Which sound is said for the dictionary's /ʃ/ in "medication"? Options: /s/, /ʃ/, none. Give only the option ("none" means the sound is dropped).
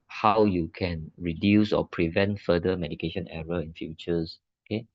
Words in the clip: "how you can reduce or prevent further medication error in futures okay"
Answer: /ʃ/